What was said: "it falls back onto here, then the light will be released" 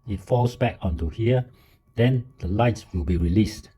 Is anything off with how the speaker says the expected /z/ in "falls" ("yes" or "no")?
yes